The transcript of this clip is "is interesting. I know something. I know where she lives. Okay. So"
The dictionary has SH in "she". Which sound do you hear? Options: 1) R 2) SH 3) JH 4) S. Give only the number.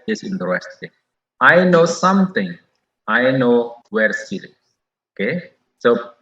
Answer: 4